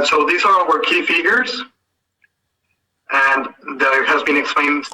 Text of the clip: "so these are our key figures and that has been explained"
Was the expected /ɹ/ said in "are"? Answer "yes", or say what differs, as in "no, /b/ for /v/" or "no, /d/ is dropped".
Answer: no, /w/ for /ɹ/